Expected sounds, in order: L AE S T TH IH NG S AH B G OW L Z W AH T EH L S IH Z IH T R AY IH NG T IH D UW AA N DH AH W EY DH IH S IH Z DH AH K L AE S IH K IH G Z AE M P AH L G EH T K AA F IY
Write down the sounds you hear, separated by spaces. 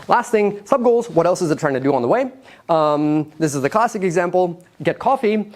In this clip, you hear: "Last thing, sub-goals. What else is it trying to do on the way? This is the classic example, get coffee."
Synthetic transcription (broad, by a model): L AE S T TH IH NG S AH B G OW L Z W AH T EH L S IH Z IH T R AY IH NG T IH D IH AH N DH AH W EY DH IH S IH Z DH AH K L AE S IH K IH G Z AE M P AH L G EH T K AA F IY